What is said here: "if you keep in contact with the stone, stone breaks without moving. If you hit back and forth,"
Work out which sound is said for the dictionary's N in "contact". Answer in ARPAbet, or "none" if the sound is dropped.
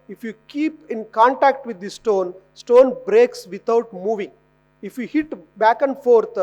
N